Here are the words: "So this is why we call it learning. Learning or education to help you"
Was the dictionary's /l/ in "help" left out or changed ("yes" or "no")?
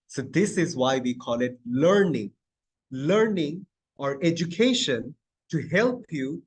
no